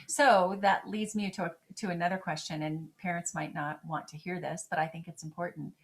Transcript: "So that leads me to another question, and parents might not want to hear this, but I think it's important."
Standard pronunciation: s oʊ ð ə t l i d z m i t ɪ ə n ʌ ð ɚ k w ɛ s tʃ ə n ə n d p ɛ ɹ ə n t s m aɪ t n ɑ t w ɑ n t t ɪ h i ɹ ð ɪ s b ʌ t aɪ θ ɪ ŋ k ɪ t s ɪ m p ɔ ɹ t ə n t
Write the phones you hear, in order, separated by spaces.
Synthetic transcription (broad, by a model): s oʊ ð ə t l i d z m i t ɪ ə n ʌ ð ɚ k w ɛ s tʃ ə n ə n p ɛ ɹ ə n t s m aɪ t n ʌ t w ɑ n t t ɪ h i ɹ ð ɪ s b ʌ t aɪ θ ɪ ŋ k ɪ t s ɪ m p ɔ ɹ t n t